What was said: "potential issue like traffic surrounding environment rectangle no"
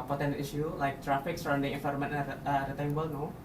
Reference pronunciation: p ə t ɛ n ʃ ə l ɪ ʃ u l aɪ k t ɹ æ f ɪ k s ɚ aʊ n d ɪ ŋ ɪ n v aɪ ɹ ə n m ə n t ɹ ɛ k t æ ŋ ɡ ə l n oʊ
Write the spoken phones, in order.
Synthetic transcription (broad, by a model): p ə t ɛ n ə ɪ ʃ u l aɪ k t ɹ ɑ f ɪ k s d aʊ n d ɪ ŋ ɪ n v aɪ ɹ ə m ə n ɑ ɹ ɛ t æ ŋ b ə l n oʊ